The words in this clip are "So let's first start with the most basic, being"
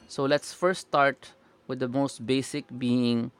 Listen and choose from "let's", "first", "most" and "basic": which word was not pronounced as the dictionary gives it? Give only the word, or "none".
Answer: first